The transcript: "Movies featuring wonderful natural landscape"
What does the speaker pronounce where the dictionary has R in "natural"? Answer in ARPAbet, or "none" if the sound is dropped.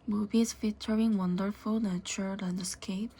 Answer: none